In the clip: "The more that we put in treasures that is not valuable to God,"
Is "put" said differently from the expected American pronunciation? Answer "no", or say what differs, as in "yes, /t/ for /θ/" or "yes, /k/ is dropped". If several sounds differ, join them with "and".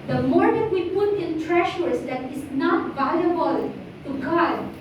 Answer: no